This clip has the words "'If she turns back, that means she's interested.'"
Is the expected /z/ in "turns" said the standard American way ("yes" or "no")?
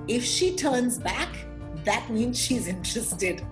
yes